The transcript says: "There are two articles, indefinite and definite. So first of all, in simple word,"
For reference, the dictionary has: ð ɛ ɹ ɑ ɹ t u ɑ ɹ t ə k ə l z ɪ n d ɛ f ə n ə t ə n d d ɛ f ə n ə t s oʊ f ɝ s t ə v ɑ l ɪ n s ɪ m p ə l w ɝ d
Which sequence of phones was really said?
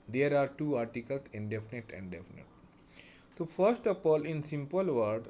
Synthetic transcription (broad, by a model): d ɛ ɹ ɑ ɹ t u ɑ ɹ t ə k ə l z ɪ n d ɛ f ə n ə t ə n d d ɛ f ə n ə t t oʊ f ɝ s t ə p ɑ l ɪ n s ɪ m p ə l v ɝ d